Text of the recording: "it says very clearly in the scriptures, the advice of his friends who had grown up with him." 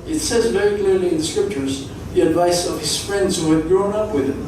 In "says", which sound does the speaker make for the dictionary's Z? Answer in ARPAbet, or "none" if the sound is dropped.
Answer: Z